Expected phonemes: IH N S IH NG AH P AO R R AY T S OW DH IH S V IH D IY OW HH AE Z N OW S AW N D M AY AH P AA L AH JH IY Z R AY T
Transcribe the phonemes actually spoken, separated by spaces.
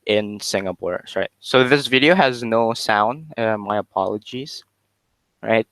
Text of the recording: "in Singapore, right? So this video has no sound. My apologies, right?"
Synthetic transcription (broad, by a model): IH N S IH NG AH P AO R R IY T S OW DH IH S V IH D IY OW HH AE Z N OW S AW N D M AY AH P AA L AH JH IY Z R AY T